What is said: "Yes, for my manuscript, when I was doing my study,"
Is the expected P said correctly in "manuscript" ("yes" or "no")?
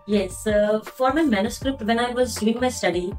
yes